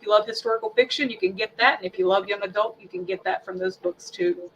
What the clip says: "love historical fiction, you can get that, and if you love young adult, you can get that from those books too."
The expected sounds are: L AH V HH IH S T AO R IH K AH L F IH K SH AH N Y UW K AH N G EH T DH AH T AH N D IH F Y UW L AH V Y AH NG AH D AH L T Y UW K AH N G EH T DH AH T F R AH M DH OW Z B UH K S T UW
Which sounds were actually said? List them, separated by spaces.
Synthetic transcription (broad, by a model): L AH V HH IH S T AO R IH K L F IH K SH AH N Y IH K AH N G EH T DH AH T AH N IH F Y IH L AH V Y AH NG AH D AH L T Y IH K AH N G EH T DH AH T F R AH M DH OW Z B UH K S T UW